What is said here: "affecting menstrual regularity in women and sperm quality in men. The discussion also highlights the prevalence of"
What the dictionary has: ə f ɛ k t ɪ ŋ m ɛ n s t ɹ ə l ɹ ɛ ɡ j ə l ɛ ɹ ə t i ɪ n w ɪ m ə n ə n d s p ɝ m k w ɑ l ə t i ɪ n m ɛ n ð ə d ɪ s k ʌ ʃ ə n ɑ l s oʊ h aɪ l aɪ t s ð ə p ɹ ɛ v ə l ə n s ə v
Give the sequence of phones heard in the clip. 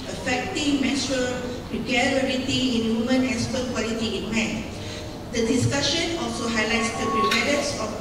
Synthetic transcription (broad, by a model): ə f ɛ k t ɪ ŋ m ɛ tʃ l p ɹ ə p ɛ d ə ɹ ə t i ɪ n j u m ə n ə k s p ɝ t k w ɑ l ə t i ɪ n m ɛ n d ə d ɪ s k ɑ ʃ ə n ɑ l s oʊ h aɪ l aɪ t s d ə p ɹ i p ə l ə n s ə